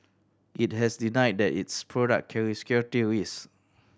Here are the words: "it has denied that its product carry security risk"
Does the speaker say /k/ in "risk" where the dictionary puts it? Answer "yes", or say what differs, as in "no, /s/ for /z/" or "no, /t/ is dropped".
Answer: no, /k/ is dropped